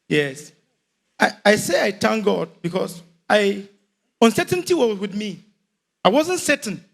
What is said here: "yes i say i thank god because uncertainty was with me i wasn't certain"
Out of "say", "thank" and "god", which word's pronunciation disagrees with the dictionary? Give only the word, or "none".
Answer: thank